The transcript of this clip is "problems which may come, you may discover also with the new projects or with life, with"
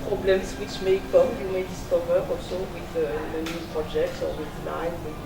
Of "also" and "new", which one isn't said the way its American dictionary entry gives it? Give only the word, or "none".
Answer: also